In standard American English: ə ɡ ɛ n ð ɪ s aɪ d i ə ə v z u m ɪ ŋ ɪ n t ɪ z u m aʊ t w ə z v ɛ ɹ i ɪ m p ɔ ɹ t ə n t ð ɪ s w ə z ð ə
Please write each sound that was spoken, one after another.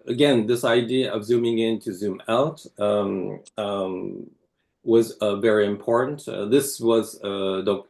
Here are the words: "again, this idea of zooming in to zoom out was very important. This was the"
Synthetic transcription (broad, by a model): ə ɡ ɛ n ð ɪ s aɪ d i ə ə v z u m ɪ ŋ ɪ n t ɪ z u m aʊ t w ə z v ɛ ɹ i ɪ m p ɔ ɹ t n t ð ɪ s w ə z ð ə